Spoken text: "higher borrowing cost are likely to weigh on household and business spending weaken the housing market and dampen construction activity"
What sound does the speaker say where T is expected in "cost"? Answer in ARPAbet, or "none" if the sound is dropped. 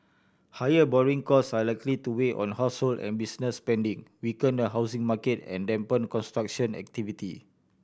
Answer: none